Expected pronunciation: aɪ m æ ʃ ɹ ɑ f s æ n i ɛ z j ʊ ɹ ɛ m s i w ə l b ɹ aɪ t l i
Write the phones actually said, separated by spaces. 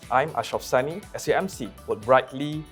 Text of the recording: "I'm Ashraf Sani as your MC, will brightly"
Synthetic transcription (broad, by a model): aɪ m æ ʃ ɑ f s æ n i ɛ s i ɛ m s i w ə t ɹ aɪ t l i